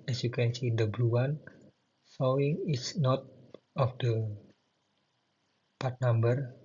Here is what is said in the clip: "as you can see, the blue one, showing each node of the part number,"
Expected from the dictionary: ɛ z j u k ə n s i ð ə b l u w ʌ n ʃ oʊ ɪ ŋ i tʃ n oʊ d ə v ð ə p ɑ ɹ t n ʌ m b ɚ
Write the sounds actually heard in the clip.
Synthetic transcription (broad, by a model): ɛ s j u k ə n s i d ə b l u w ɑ n s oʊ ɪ ŋ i s n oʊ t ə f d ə p ɑ ɹ t n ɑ m b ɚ